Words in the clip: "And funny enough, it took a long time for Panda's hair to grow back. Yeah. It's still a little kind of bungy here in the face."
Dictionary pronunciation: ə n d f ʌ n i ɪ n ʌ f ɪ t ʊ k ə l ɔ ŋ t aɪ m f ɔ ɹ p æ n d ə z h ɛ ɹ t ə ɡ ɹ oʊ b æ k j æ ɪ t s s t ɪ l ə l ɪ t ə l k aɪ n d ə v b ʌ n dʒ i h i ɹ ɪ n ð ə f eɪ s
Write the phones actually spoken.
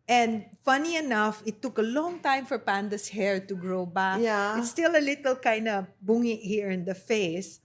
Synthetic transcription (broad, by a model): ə n d f ʌ n i ɪ n ʌ f ɪ t ʊ k ə l ɔ ŋ t aɪ m f ɔ ɹ p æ n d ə s h ɛ ɹ t ə ɡ ɹ oʊ b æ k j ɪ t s s t ɪ l ə l ɪ t ə l k aɪ n d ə b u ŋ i h i ɹ ɪ n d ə f eɪ s